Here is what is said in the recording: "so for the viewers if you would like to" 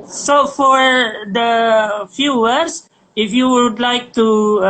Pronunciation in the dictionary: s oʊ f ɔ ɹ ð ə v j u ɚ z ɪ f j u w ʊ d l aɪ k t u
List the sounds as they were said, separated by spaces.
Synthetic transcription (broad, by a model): s oʊ f ɔ ɹ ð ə f j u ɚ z ɪ f j u w ʊ d l aɪ k t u